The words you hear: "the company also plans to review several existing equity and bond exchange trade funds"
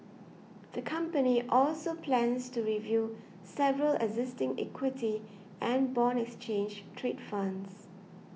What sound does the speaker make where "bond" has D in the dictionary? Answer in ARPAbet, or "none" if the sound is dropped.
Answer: none